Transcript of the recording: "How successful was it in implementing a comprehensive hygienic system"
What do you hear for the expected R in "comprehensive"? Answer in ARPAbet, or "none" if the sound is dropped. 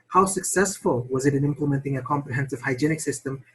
R